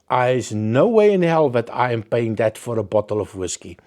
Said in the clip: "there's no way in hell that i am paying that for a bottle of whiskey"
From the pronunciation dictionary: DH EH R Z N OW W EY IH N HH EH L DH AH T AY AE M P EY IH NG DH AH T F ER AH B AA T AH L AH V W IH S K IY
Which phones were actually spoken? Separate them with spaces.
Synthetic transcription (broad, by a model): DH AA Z N OW W EY IH N HH EH L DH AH T AY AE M P EY IH NG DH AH T F ER AH B AA T AH L AH V W IH S K IY